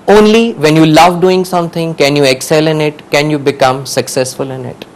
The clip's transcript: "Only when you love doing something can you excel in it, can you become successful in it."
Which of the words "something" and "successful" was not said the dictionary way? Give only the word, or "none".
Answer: something